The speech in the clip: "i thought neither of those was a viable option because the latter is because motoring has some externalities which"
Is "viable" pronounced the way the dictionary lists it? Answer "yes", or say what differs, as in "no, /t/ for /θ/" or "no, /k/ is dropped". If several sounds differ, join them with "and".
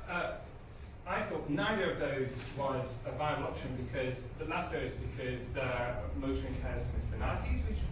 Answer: no, /b/ is dropped